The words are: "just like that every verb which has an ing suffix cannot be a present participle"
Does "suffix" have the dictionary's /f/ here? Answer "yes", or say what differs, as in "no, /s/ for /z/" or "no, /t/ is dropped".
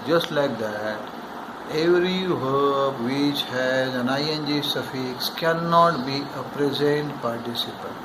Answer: yes